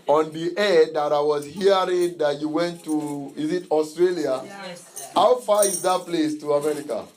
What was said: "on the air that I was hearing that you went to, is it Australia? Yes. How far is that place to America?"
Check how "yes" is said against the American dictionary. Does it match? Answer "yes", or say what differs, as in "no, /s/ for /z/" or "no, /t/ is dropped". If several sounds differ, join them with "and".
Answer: no, /s/ is dropped